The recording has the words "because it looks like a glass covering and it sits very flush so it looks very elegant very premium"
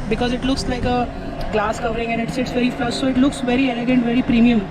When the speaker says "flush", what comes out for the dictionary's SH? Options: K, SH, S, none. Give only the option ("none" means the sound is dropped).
S